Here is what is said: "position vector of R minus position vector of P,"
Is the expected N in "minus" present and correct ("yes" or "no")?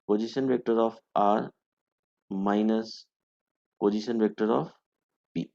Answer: yes